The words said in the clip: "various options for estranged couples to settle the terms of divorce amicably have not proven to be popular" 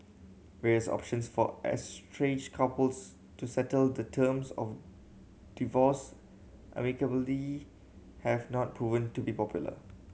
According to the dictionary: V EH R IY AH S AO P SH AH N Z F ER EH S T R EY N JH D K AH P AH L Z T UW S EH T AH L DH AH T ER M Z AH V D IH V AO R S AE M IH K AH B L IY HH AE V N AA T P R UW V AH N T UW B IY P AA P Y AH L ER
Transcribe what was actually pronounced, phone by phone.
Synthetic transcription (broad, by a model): V EH R IY AH S AO P SH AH N S F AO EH S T R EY JH K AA P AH L S T UW S EH T AH L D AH T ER M S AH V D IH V AO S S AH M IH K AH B L IY HH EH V N AA T P R UW V AH N T UW B IY P AA P Y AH L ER